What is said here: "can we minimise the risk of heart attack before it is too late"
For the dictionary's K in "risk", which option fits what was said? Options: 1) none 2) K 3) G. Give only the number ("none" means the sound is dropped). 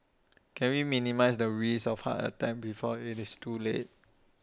1